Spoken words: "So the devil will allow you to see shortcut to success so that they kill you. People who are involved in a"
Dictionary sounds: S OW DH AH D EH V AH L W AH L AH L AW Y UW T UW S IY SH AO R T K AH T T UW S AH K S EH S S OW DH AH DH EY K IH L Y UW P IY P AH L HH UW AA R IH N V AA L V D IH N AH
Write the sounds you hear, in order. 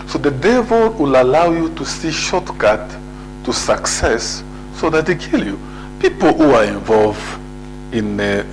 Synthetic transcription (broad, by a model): S OW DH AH D EH V AH L W AH L AH L AW Y UW T UW S IY SH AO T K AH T T UW S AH K S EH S S OW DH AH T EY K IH L Y UW P IY P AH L HH UW AA R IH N V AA L V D IH N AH